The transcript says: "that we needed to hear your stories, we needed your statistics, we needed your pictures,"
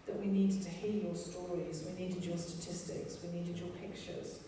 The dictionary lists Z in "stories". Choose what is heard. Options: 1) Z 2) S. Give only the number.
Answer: 1